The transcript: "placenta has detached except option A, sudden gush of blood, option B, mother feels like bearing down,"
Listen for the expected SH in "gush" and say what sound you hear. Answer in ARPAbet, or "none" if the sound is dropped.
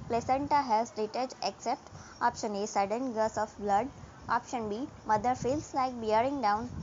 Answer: S